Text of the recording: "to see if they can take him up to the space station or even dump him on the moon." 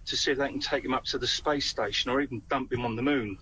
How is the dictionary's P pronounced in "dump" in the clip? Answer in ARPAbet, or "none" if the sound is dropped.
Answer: P